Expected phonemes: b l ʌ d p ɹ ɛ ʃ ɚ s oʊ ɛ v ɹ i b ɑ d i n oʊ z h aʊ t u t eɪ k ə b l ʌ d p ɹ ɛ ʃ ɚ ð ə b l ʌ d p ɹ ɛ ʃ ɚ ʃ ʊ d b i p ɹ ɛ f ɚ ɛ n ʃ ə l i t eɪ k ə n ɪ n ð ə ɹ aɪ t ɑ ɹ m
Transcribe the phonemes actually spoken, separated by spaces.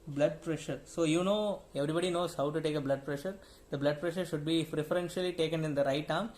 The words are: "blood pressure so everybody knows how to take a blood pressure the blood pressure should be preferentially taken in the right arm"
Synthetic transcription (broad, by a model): b l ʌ d p ɹ ɛ ʃ ɚ s oʊ ɛ v ɹ i b ɑ d i n oʊ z h aʊ t u t eɪ k ə b l ʌ d p ɹ ɛ ʃ ɚ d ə b l ʌ d p ɹ ɛ ʃ ɚ ʃ ʊ d b i f ɹ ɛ f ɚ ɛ n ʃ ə l i t eɪ k ə n ɪ n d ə ɹ aɪ t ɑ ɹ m